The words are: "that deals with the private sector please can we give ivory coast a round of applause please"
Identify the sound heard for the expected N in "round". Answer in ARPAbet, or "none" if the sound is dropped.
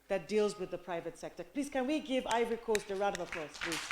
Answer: none